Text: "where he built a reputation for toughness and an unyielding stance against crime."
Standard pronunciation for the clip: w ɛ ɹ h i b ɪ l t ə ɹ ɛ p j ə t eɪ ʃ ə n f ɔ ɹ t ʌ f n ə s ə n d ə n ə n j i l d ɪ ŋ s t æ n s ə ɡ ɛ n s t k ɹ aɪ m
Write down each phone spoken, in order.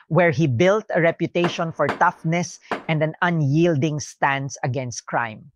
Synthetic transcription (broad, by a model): w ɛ ɹ h i b ɪ l t ə ɹ ɛ p j ə t eɪ ʃ ə n f ɔ ɹ t ʌ f n ə s ə n d ə n ə n j i l d ɪ ŋ s t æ n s ə ɡ ɛ n s t k ɹ aɪ m